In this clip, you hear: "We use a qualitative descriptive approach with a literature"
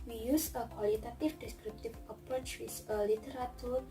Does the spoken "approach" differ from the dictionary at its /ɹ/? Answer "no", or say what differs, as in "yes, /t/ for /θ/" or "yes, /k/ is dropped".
yes, /ɹ/ is dropped